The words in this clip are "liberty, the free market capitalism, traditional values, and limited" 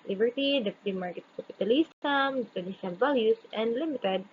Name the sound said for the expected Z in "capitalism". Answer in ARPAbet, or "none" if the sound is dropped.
S